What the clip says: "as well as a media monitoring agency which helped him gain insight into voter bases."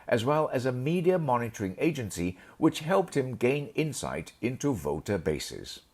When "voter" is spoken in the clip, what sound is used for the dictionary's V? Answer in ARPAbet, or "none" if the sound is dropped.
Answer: V